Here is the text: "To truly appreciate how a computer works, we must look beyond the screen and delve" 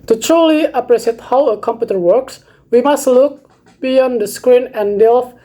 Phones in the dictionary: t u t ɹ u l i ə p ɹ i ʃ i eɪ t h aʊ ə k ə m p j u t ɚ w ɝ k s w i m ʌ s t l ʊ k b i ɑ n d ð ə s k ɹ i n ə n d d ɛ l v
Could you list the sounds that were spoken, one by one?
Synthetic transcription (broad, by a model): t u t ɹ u l i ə p ɹ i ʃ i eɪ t h aʊ ə k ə m p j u t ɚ w ɝ k s w i m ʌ s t l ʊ k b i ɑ n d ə s k ɹ i n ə n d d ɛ l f